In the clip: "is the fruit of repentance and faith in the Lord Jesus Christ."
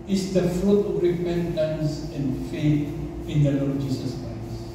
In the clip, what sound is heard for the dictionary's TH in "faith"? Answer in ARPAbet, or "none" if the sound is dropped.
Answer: T